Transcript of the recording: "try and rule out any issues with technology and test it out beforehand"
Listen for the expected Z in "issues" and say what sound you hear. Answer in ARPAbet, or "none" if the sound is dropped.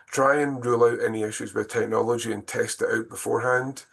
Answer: Z